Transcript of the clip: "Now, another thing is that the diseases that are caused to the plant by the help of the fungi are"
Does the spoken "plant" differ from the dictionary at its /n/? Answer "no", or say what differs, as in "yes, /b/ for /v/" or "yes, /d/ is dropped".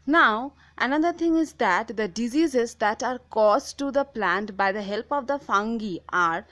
no